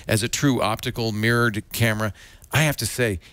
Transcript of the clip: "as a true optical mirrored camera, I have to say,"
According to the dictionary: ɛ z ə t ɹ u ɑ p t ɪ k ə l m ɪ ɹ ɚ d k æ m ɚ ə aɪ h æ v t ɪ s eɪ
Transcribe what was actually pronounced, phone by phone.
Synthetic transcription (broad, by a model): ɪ z ə t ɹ u ɑ p t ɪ k l m ɪ ɹ ɚ d k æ m ɚ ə aɪ h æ f t ɪ s eɪ